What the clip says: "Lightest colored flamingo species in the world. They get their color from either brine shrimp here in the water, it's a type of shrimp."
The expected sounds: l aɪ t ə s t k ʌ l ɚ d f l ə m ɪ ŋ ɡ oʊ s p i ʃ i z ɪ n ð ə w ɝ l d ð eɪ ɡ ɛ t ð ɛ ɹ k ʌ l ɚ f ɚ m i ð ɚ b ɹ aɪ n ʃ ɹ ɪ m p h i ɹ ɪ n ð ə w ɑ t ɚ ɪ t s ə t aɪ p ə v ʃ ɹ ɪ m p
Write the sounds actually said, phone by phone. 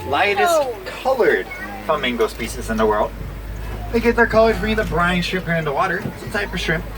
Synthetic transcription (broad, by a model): l aɪ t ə s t k ʌ l ɚ d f ə m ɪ ŋ ɡ oʊ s p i s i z ɪ n ð ə w ɝ l d ð eɪ ɡ ɛ t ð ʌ ɹ k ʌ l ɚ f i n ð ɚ b ɹ aɪ n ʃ ɪ p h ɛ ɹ ɪ n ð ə w ɑ t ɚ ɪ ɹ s ə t aɪ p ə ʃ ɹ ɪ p